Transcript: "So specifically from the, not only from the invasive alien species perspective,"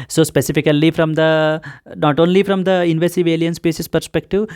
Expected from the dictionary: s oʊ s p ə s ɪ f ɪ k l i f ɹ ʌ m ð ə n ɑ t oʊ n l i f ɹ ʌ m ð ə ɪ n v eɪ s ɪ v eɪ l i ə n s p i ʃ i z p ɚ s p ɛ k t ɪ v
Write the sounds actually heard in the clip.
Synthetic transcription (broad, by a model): s oʊ s p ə s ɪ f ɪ k l i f ɹ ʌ m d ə n ɑ t oʊ n l i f ɹ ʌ m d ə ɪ n v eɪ s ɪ v eɪ l i ə n s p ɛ s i s p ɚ s p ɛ k t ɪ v